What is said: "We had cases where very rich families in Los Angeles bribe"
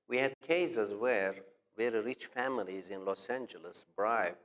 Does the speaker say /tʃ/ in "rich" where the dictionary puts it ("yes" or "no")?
yes